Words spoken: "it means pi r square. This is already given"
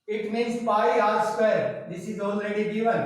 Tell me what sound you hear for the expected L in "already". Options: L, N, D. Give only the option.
N